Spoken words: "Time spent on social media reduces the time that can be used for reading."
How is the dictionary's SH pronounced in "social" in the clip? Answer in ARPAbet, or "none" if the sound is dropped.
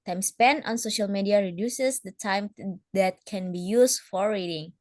SH